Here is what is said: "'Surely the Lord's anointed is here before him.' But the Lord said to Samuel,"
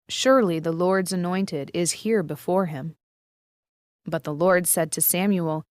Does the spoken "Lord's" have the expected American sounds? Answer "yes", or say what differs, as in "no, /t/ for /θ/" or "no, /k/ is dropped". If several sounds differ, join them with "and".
yes